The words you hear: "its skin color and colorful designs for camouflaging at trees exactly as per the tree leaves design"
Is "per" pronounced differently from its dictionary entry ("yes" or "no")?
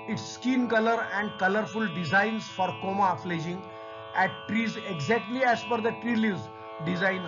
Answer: yes